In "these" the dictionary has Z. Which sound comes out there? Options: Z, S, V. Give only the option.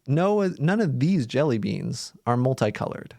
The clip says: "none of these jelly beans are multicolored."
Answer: Z